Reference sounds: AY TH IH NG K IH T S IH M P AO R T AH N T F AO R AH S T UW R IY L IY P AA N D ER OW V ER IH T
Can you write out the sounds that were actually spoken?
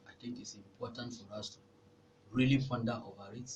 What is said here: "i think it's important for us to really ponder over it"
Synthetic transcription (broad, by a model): AY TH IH NG K IH T S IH M P AO T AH N T F AO R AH S T UW R IY L IY F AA N D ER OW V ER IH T